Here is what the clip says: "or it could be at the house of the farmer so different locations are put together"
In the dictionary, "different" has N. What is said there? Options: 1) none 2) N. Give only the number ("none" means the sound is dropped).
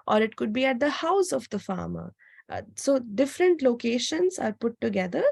2